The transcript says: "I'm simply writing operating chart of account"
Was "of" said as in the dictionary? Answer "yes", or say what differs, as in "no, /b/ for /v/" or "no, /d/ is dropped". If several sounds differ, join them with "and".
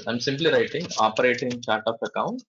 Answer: no, /p/ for /v/